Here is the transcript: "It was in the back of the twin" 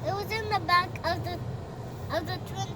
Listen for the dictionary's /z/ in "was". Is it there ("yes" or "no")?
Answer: yes